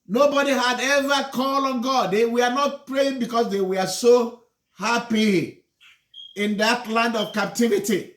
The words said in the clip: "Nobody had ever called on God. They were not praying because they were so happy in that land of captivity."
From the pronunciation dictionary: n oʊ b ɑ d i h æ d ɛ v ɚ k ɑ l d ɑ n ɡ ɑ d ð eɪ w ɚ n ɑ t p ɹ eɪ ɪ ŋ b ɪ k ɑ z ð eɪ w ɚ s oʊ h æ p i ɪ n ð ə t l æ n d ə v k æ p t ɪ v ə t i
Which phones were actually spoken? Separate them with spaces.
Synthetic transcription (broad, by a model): n oʊ b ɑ d i h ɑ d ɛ v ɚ k ɑ l ɑ n ɡ ɑ d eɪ w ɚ n ɑ t p ɹ eɪ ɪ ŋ b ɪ k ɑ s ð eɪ w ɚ s oʊ h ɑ p i ɪ n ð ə t l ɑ n d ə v k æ p t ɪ v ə t i